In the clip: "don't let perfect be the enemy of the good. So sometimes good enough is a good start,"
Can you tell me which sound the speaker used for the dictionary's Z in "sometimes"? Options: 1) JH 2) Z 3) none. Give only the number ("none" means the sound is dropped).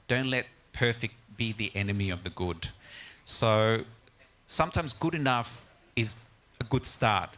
2